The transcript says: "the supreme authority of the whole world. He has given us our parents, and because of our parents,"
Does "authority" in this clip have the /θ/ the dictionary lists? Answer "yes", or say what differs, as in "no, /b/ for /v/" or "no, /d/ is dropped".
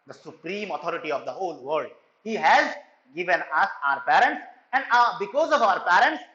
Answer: no, /t/ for /θ/